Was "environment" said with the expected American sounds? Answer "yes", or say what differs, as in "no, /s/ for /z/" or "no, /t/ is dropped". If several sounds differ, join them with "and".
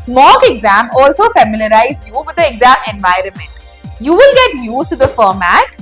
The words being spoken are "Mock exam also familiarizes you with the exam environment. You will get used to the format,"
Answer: yes